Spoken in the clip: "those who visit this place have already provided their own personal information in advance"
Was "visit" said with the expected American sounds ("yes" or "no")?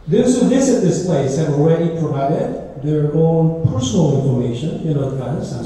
no